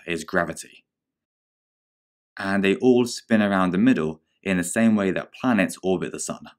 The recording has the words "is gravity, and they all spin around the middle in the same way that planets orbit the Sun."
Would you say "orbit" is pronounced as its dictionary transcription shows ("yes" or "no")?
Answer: no